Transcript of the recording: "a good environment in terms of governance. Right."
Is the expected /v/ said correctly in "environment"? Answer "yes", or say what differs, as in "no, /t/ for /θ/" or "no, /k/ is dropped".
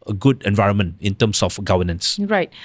yes